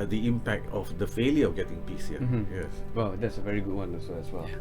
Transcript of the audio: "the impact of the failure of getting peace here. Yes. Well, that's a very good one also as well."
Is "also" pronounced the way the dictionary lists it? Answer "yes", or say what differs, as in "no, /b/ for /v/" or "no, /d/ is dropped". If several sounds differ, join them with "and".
no, /l/ is dropped